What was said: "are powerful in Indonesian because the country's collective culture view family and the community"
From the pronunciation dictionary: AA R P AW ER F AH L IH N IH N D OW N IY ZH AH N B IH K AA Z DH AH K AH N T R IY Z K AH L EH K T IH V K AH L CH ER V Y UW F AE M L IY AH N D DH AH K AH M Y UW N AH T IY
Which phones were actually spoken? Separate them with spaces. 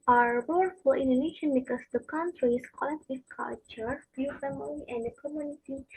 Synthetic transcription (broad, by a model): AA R B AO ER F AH IH N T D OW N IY SH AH N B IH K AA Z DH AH K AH N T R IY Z K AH L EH K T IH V K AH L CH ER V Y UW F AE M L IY AH N D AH K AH M Y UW N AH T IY